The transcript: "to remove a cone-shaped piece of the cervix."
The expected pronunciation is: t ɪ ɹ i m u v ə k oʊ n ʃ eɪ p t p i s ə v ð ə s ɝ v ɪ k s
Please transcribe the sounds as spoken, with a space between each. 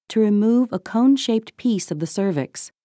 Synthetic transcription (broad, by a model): t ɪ ɹ i m u v ə k oʊ n ʃ eɪ p t p i s ə v ð ə s ɝ v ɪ k s